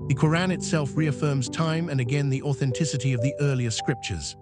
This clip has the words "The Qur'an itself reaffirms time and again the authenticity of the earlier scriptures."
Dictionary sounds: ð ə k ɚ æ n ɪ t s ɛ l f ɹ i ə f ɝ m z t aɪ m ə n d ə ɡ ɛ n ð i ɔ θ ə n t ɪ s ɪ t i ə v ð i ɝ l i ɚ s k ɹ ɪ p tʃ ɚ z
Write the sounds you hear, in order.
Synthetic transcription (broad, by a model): ð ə k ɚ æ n ɪ t s ɛ l f ɹ i ə f ɝ m z t aɪ m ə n ə ɡ ɛ n ð i ɔ θ ə n t ɪ s ɪ t i ə v ð i ɝ l i ɚ s k ɹ ɪ p tʃ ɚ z